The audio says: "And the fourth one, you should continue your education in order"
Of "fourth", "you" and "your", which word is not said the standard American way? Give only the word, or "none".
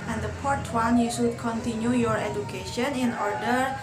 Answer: fourth